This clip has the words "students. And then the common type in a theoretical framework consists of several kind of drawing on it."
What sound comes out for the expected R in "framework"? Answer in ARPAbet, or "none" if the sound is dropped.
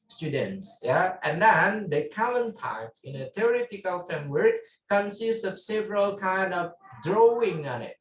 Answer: none